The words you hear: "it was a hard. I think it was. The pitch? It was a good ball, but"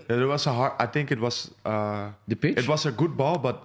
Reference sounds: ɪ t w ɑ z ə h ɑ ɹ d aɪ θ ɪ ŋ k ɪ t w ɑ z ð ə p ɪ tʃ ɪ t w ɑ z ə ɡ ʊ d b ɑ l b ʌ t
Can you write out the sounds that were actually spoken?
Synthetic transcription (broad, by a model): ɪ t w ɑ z ə h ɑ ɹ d aɪ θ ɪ ŋ k ɪ t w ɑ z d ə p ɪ ɪ t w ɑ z ə ɡ ʊ d b ɑ l b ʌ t